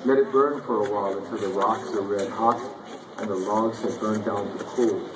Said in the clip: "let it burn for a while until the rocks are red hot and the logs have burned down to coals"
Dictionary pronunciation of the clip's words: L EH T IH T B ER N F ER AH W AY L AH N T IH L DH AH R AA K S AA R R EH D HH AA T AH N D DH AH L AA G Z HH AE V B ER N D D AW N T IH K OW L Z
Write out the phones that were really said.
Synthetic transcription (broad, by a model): L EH T IH T B ER N F ER AH W AY L AH N T IH L DH AH R AA K S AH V R EH D HH AA T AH N DH AH L AA G Z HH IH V B ER N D D AW N T IH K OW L